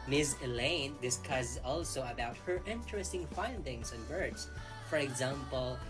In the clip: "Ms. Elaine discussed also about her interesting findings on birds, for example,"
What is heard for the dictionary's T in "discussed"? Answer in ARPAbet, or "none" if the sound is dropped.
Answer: none